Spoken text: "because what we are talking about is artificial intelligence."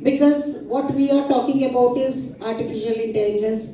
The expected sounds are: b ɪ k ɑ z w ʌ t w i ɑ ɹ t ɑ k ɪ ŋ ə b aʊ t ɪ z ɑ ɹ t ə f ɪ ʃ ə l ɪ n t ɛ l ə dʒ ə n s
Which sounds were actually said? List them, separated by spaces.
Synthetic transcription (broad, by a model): b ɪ k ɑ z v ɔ t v i ɑ ɹ t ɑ k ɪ ŋ ə b aʊ t ɪ z ɑ ɹ t ə f ɪ ʃ ə l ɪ n t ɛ l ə dʒ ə n s